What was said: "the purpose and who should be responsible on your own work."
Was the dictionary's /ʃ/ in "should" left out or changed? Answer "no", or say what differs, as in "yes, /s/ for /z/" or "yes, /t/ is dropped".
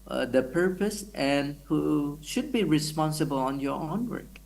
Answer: no